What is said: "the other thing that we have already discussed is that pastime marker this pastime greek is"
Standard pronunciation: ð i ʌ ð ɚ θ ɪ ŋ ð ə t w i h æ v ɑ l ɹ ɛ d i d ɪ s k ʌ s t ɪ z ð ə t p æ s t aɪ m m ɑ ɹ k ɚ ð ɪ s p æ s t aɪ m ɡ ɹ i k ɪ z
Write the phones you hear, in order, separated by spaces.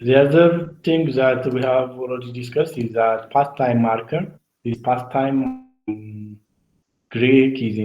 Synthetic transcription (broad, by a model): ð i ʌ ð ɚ t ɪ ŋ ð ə t w i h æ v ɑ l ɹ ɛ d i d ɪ s k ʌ s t ɪ z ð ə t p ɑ s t aɪ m m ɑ ɹ k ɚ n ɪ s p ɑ s t aɪ m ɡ ɹ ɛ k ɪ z